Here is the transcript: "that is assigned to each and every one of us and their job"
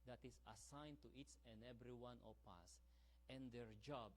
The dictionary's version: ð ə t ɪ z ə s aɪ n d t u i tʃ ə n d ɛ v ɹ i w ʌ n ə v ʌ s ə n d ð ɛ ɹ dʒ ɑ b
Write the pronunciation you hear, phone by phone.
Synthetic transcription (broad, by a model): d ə t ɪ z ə s aɪ n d t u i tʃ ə n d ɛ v ɹ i w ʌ n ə p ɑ s ə n d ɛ ɹ dʒ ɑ b